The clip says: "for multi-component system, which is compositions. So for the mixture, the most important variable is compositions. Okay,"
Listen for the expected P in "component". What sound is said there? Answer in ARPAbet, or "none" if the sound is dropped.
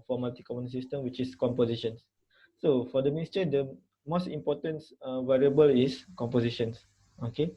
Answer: none